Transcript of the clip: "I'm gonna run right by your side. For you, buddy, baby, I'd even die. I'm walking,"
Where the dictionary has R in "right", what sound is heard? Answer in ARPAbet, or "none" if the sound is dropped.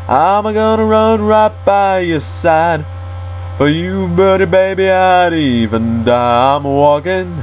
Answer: R